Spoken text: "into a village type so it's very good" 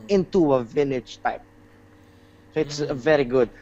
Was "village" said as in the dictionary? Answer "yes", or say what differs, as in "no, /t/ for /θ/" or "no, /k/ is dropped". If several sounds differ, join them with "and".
no, /n/ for /l/